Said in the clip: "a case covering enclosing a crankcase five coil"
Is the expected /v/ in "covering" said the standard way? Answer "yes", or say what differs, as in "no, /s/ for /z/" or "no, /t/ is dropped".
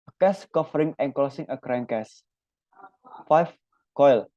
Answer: no, /f/ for /v/